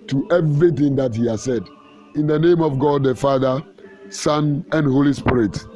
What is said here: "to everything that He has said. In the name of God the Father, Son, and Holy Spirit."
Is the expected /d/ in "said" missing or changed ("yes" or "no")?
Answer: no